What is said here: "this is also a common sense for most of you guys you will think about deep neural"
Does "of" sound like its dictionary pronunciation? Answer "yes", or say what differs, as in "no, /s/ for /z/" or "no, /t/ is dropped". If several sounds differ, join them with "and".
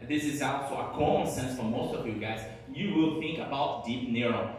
yes